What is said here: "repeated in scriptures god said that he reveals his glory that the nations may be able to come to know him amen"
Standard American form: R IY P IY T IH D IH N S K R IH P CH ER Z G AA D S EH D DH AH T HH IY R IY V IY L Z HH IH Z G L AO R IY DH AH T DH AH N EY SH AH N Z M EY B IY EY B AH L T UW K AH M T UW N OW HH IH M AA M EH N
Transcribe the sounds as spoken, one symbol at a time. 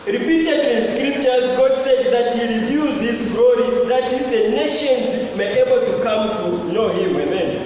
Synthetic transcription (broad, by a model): R IY P IY T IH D IH N S K R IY P CH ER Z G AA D S EH D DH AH T HH IY R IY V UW Z HH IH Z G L AO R IY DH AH T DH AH N EY SH AH N Z M EY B EY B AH L T UW K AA M T UW N OW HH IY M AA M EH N